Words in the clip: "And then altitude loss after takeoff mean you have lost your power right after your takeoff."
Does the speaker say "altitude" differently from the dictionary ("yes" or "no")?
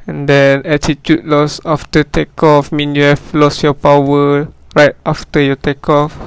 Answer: yes